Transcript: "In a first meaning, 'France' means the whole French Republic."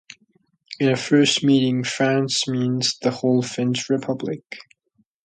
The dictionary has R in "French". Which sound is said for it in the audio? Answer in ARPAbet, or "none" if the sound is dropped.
none